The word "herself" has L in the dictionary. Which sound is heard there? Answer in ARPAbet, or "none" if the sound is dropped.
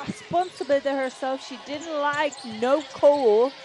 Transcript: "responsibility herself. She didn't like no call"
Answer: L